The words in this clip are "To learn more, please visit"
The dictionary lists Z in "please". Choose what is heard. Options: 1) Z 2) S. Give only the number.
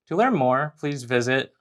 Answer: 1